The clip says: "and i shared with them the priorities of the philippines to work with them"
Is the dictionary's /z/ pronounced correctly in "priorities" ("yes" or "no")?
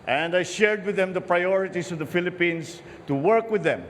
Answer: no